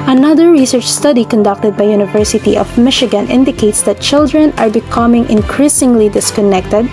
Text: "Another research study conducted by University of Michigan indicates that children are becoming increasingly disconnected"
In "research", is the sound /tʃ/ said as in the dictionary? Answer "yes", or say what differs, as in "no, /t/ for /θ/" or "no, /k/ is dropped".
yes